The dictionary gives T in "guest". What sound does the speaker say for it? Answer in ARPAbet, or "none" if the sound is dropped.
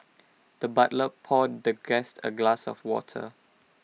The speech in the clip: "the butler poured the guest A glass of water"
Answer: T